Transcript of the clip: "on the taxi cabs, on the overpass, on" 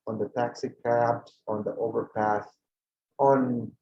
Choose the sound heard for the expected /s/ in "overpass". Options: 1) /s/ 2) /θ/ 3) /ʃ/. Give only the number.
2